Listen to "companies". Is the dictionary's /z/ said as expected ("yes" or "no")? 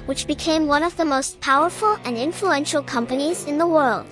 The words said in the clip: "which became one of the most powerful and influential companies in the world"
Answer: yes